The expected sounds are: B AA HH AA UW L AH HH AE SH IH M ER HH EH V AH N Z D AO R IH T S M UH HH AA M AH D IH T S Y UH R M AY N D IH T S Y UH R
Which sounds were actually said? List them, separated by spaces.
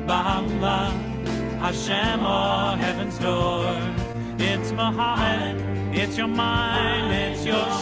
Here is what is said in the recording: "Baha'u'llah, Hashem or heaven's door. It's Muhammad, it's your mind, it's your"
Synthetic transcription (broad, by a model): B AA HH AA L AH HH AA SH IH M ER HH EH V AH N Z D AO R IH T S M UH HH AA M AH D IH T S Y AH R M AY N D IH T S Y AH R